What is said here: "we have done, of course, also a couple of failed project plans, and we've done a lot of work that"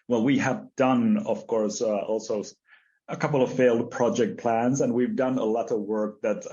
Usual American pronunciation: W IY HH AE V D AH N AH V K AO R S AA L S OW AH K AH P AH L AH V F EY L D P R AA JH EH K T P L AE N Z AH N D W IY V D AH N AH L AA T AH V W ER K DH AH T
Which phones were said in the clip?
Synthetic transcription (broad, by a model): W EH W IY V D AH N AH V K AO R S AA L S OW AH K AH P L AH V F EY L D P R AA JH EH K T P L AE N Z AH N W IY V D AH N AH L AA T AH V W ER K DH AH T